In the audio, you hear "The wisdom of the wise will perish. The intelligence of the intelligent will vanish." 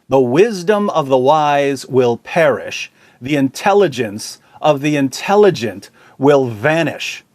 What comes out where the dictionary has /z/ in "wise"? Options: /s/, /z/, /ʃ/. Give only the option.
/z/